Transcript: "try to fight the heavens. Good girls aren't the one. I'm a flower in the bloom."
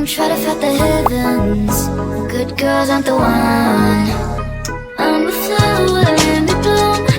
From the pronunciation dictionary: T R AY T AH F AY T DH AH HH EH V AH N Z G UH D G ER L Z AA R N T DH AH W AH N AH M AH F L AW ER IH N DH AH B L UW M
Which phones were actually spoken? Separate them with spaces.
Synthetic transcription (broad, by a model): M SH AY T AH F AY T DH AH HH EH V AH N Z G UH D G ER L Z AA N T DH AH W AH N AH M AH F AW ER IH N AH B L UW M